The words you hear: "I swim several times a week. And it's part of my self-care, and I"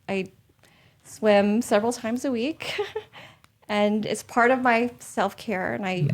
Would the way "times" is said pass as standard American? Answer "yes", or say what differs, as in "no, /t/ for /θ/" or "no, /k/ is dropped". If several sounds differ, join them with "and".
yes